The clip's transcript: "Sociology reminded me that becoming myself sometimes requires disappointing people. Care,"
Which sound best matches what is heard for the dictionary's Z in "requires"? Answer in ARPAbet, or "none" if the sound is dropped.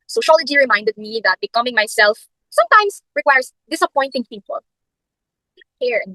S